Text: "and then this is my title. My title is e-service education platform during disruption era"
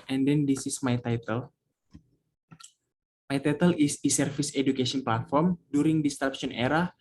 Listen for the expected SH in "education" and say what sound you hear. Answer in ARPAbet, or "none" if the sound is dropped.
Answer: S